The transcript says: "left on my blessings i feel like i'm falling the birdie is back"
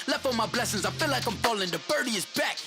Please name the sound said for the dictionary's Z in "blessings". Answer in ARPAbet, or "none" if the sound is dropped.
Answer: Z